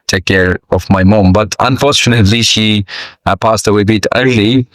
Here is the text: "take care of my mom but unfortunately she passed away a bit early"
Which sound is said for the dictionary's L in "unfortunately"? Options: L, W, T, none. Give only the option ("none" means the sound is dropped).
L